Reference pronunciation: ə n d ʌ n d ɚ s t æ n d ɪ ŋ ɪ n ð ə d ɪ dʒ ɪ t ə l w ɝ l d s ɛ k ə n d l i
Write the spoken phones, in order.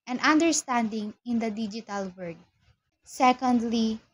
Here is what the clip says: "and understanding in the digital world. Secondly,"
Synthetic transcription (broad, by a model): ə n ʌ n d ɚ s t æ n d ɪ ŋ ɪ n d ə d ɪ dʒ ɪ t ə l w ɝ d s ɛ k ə n d l i